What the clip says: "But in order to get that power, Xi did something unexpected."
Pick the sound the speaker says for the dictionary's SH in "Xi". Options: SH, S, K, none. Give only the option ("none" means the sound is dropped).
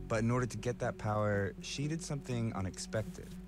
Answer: SH